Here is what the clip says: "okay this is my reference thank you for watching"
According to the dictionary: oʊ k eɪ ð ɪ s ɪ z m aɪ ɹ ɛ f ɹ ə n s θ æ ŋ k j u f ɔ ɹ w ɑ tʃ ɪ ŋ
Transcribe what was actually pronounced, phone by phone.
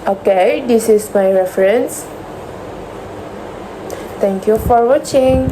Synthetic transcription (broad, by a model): oʊ k eɪ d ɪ s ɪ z m aɪ ɹ ɛ f ɹ ə n s t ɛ ŋ k j u f ɔ ɹ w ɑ tʃ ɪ ŋ